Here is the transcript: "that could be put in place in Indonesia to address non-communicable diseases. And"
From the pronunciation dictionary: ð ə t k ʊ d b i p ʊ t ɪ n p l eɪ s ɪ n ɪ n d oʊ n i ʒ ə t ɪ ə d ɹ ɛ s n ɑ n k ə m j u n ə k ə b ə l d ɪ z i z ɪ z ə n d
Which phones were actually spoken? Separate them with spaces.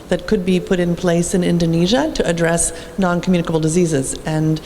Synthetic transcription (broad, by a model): ð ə t k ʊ d b i p ʊ t ɪ n p l eɪ s ɪ n ɪ n d oʊ n i ʒ ə t ɪ ə d ɹ ɛ s n ɑ n k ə m j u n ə k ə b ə l d ɪ z i z ɪ z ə n